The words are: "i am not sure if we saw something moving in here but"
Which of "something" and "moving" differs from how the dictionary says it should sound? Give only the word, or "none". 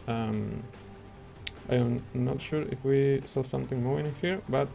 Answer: moving